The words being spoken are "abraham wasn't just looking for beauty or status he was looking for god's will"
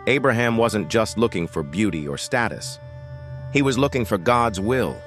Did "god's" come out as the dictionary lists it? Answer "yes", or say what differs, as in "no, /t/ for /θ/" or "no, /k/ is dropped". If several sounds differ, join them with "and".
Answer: yes